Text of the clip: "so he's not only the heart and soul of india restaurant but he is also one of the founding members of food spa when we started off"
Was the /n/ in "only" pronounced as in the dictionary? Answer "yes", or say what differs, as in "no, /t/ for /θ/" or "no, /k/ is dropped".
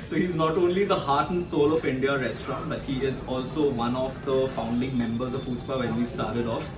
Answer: yes